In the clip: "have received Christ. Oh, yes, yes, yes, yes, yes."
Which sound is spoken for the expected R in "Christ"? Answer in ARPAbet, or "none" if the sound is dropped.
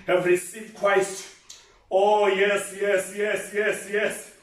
W